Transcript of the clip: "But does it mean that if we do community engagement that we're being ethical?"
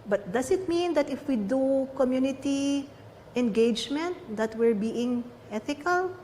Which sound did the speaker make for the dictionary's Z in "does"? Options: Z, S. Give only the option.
S